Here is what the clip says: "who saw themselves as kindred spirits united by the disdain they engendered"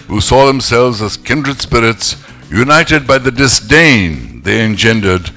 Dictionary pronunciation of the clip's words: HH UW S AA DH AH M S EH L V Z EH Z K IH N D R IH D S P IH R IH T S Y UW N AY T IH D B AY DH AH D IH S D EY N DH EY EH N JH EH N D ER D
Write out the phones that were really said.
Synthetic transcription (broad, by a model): HH UW S AA DH AH M S EH L V Z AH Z K IH N D R IH D S P IH R IH T S Y UW N AY T IH D B AY DH AH D IH S D EY N DH EY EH N JH EH N D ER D